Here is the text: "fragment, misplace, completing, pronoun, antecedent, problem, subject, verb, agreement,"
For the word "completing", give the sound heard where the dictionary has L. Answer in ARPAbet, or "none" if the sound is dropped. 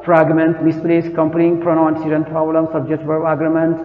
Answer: none